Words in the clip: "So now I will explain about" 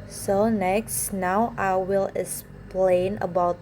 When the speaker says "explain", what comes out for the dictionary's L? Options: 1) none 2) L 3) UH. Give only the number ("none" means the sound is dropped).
2